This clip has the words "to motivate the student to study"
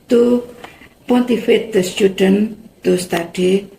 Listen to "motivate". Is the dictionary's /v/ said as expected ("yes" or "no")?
no